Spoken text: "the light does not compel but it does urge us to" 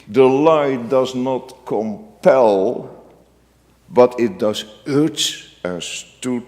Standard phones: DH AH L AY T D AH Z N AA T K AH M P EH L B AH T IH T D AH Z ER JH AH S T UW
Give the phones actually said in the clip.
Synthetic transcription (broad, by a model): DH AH L AY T D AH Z N AA T K AH M P EH L B AH T IH T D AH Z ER CH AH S T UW